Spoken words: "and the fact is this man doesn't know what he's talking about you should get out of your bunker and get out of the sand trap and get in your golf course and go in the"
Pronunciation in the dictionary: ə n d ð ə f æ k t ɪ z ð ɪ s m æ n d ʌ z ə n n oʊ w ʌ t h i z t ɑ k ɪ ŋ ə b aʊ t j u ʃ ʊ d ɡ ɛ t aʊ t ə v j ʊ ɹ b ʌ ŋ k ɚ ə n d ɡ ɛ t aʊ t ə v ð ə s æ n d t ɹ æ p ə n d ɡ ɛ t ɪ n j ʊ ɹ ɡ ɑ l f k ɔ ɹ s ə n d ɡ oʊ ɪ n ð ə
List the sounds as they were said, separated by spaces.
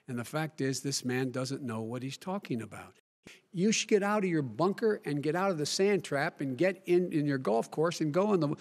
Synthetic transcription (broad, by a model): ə n ð ə f æ k t ɪ z ð ɪ s m æ n d ʌ z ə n n oʊ w ʌ t h i z t ɑ k ɪ ŋ ə b aʊ t j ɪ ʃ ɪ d ɡ ɛ t aʊ t ə v j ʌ ɹ b ʌ ŋ k ɚ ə n ɡ ɛ t aʊ t ə v ð ə s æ n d t ɹ æ p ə n ɡ ɛ t ɪ n j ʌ ɹ ɡ ɑ l f k ɔ ɹ s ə n ɡ oʊ ɪ n ð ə